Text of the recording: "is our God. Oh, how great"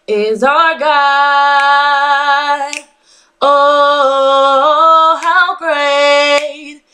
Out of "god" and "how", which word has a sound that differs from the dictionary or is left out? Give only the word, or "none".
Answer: god